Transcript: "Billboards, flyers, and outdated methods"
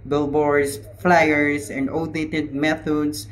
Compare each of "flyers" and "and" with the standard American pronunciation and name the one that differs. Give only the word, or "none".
flyers